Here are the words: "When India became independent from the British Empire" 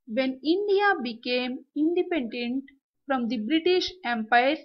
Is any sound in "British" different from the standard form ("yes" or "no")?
no